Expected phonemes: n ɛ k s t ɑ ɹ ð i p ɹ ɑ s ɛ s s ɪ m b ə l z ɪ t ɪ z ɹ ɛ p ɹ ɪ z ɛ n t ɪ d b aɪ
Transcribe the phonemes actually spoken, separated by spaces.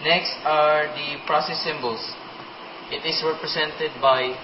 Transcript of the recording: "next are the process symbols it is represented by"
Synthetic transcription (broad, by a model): n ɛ k s t ɑ ɹ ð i p ɹ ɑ s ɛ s s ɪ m b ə l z ɪ t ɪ s ɹ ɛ p ɹ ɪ s ɛ n t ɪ d b aɪ